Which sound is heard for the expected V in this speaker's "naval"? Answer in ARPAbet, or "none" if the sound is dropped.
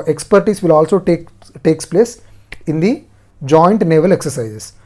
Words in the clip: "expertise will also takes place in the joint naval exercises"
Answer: V